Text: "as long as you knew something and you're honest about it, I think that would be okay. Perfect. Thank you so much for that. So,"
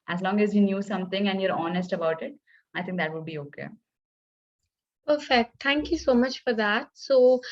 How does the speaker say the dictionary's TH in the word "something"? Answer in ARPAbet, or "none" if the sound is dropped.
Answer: T